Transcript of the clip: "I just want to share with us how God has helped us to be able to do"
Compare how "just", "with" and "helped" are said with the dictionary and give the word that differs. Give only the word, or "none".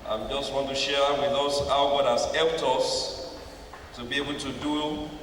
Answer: helped